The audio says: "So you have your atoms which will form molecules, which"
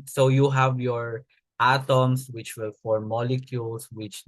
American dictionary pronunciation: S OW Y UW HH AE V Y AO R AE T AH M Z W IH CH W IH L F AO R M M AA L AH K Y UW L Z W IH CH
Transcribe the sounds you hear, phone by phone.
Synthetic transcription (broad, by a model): S OW Y UW HH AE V Y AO R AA T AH M S W IH CH W IH L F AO R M M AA L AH K Y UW L S W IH CH